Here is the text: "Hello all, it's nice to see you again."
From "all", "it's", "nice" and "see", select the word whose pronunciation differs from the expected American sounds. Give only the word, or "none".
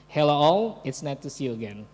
nice